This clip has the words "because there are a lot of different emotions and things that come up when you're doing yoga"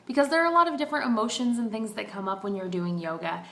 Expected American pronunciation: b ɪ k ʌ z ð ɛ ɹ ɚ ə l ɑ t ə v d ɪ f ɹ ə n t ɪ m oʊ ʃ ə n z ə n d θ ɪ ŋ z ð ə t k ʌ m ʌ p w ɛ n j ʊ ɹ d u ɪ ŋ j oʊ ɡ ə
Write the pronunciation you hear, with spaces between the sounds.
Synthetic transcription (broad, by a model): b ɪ k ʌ z ð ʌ ɹ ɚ ə l ɑ t ə v d ɪ f ɹ ə n t ɪ m oʊ ʃ ə n z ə n θ ɪ ŋ z ð ə t k ʌ m ʌ p w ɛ n j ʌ ɹ d u ɪ ŋ j oʊ ɡ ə